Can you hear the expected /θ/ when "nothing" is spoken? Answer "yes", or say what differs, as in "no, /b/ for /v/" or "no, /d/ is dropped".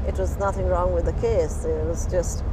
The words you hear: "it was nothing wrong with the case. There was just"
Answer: yes